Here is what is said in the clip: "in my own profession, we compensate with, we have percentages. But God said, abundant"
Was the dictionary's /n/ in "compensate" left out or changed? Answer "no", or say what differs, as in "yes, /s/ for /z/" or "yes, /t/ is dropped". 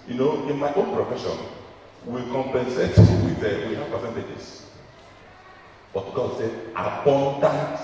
no